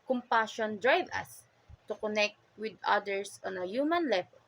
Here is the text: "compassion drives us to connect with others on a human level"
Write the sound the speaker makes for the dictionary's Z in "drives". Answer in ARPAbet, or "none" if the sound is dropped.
none